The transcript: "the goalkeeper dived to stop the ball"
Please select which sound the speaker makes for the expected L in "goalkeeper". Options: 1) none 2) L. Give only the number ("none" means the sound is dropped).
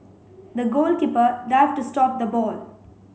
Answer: 2